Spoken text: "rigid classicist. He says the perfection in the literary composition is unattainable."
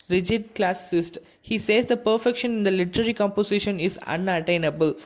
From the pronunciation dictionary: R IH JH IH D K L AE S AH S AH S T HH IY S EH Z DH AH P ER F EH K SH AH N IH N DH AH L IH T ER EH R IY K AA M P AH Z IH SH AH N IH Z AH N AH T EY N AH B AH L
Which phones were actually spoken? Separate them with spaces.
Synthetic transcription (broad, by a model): R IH JH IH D K L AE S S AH S T HH IY S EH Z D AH P ER F EH K SH AH N IH N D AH L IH T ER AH R IY K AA M P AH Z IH SH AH N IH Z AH N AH T EY N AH B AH L